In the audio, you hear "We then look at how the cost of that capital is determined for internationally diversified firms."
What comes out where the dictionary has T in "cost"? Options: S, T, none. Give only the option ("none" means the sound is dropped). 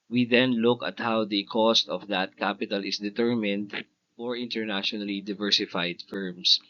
T